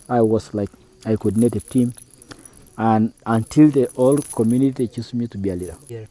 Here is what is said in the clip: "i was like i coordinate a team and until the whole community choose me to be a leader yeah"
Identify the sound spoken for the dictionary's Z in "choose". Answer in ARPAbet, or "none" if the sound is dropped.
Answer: S